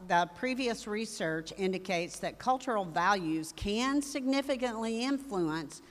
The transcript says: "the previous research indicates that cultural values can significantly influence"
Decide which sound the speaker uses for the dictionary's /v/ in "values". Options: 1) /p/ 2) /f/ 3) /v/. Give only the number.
3